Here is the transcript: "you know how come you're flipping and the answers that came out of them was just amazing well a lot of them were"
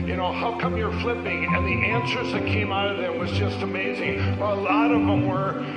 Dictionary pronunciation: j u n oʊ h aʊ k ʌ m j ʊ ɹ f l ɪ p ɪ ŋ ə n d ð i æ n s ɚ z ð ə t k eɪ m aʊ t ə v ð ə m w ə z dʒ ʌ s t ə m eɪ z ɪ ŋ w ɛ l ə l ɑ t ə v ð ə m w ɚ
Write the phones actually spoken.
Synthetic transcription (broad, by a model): j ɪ n oʊ h aʊ k ʌ m j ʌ ɹ f l ɪ p ɪ ŋ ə n ð i æ n s ɚ z ð ə t k eɪ m aʊ t ə v ð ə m w ə z dʒ ʌ s t ə m eɪ z ɪ ŋ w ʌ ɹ ə l ɑ t ə v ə m w ɚ